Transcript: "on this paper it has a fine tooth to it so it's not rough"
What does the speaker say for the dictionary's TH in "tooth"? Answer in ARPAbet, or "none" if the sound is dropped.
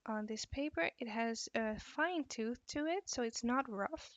TH